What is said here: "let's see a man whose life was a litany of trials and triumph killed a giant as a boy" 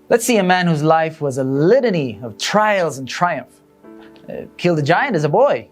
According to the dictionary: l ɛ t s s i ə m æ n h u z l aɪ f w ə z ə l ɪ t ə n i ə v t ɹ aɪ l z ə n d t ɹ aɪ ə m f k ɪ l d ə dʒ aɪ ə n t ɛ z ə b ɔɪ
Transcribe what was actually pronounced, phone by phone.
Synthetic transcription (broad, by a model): l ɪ t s s i ə m æ n h u z l aɪ f w ə z ə l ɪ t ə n i ə v t ɹ aɪ l z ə n t ɹ aɪ ə m f k ɪ l d ə dʒ aɪ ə n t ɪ z ə b ɔɪ